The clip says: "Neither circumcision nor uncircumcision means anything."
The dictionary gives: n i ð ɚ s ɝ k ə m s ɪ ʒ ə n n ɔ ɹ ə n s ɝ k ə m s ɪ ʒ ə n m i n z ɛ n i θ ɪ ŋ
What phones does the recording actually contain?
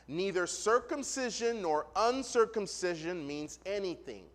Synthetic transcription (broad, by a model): n i ð ɚ s ɝ k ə m s ɪ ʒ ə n n ɔ ɹ ə n s ɝ k ə m s ɪ ʒ ə n m i n z ɛ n i θ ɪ ŋ